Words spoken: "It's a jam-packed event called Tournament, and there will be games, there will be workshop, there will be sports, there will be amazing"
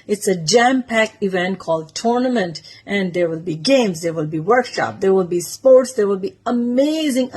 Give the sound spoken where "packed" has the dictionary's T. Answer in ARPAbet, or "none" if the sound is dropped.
none